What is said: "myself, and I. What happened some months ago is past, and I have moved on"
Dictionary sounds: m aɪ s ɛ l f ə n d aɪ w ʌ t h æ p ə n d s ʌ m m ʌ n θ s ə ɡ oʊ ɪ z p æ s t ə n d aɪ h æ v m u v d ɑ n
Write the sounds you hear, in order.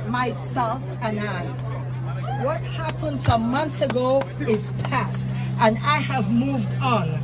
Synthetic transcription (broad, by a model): m aɪ s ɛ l f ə n aɪ w ʌ t h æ p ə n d s ʌ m m ʌ n θ s ə ɡ oʊ ɪ z p æ s t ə n aɪ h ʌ v m u v d n